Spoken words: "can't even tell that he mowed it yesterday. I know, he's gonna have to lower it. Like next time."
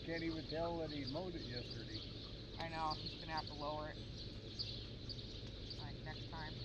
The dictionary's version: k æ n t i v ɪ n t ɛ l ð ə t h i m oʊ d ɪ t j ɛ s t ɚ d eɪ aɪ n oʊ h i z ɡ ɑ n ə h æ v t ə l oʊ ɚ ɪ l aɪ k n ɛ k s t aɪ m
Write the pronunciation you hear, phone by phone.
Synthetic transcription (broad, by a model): k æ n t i w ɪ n t ɛ l ð ə t h i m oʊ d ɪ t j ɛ s t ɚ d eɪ aɪ n oʊ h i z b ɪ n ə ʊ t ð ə l oʊ ɚ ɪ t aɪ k n ɛ k s t aɪ m